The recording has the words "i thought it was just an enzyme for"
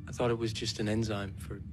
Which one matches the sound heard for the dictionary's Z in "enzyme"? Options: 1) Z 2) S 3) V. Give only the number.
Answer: 1